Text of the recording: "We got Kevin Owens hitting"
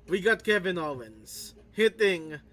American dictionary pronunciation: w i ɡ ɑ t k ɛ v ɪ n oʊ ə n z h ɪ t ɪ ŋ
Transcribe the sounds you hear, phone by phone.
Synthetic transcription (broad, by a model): w i ɡ ɑ t k ɛ v ɪ n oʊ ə n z h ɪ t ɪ ŋ